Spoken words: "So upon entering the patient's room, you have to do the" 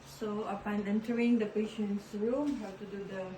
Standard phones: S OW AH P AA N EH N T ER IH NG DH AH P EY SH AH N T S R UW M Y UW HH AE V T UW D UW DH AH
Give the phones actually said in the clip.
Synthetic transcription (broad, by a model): S OW AH P AA N EH N T ER IH NG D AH P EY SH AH N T S R UW M HH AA W T UW D UW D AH